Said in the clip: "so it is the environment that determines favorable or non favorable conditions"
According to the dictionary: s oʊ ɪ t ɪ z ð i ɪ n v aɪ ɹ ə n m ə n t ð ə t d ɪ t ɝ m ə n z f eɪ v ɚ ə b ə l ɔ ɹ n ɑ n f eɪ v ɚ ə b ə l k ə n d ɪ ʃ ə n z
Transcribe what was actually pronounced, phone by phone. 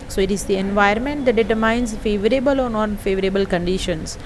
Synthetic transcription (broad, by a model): s oʊ ɪ t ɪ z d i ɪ n v aɪ ə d m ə n t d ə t d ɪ t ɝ m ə n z f eɪ v ɚ ə b ə l ɔ ɹ n ɑ n f eɪ v ɚ ə b ə l k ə n d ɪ ʃ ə n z